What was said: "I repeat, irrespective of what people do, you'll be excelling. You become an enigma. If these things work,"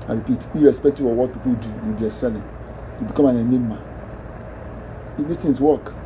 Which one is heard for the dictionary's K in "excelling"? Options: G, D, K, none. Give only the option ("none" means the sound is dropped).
none